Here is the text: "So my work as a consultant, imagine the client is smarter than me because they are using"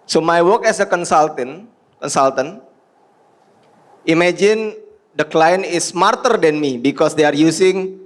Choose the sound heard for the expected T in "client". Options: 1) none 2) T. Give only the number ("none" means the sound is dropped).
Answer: 1